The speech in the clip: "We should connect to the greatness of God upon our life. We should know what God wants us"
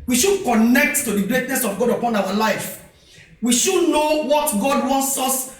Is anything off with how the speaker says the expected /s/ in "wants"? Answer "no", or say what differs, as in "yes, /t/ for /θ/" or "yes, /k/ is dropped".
no